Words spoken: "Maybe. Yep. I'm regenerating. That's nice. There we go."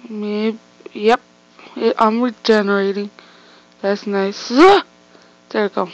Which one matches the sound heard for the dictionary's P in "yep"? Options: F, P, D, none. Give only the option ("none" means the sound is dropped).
P